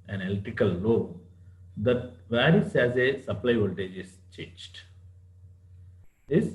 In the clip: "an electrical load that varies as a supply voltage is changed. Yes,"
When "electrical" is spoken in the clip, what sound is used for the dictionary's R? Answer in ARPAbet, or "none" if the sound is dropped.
none